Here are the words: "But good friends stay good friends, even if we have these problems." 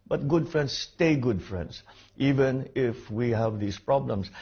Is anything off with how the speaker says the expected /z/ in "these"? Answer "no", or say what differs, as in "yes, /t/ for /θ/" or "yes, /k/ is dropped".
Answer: yes, /s/ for /z/